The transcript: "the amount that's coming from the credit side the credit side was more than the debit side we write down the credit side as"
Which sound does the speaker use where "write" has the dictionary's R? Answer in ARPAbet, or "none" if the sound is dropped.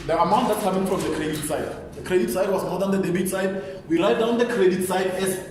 L